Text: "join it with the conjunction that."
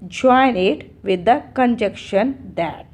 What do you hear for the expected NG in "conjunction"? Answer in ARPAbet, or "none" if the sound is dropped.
none